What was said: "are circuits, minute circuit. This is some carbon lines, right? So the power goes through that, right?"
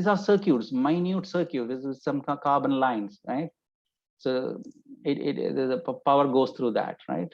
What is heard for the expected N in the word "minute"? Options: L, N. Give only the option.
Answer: N